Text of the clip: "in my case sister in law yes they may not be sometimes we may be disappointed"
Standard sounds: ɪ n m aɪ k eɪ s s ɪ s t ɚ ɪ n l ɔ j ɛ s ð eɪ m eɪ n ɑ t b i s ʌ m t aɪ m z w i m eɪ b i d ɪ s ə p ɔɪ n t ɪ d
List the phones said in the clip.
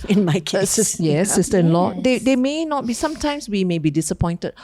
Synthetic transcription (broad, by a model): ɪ n m aɪ k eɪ s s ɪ s t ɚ ɪ n l ɔ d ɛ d eɪ m eɪ n ɑ t b i s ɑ m t aɪ m s w i m eɪ b i d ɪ s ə p ɔɪ n t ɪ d